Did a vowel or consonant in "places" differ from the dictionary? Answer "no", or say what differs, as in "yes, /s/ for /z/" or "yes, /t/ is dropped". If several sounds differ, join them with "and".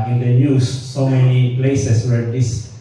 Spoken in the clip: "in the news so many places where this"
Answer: yes, /s/ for /z/